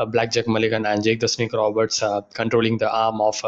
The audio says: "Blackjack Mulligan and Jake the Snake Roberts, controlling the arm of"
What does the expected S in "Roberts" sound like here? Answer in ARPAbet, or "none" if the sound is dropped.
S